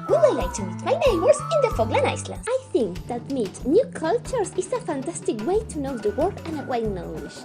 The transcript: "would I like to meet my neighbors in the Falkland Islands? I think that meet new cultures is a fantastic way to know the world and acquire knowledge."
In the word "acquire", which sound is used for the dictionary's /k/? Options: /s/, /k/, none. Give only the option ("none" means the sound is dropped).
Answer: none